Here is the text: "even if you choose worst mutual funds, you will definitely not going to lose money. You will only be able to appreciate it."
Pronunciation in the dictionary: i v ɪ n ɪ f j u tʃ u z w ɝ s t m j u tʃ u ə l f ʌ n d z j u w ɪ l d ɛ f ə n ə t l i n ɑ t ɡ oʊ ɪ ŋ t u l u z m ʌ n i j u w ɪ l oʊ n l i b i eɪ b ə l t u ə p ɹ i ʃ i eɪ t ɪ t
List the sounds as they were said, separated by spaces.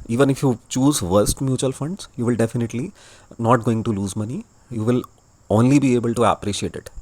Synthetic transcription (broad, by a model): i v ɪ n ɪ f j u tʃ u z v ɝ s t m j u tʃ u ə l f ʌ n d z j u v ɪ l d ɛ f ə n ə t l i n ɑ t ɡ oʊ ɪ ŋ t u l u z m ʌ n i j u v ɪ l oʊ n l i b i eɪ b ə l t u ə p ɹ i ʃ i eɪ t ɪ t